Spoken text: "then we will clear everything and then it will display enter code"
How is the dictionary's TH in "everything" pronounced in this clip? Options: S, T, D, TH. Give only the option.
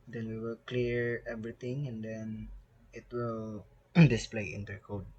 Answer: T